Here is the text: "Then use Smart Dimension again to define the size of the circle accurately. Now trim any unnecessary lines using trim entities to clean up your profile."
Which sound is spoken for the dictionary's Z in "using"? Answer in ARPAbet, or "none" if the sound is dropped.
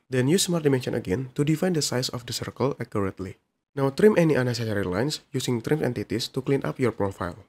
S